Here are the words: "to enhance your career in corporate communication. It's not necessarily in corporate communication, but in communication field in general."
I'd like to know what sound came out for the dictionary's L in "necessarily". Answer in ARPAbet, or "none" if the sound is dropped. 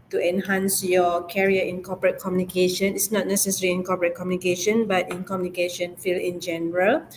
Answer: none